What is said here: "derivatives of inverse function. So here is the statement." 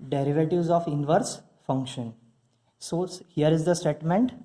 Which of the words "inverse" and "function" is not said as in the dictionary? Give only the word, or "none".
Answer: none